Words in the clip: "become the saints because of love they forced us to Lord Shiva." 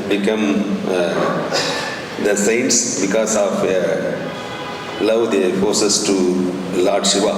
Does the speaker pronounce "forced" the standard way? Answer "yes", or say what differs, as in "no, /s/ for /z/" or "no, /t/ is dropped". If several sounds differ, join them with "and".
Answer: no, /t/ is dropped